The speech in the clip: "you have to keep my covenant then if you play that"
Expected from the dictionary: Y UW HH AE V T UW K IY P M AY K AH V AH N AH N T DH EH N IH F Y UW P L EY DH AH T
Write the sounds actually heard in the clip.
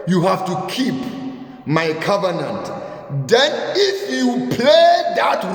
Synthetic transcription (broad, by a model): Y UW HH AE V T UW K IY P M AY K AH V AH N AH N T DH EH N IH F Y UW P L EY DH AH T